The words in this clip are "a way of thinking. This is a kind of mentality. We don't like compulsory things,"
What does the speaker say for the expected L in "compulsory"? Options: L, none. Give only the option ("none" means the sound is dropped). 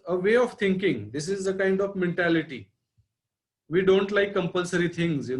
L